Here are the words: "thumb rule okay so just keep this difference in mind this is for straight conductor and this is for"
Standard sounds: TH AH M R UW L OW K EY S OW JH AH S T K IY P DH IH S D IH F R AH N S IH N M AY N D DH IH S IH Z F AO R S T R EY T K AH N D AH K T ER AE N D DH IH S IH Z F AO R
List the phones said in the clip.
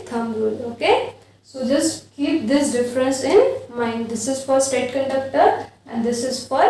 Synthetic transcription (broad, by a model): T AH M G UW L OW K EY S OW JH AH S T K IY P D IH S D IH F R AH N S IH N M AY N D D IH S IH Z F AO R S T EY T K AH N D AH K T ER AE N D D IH S IH Z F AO R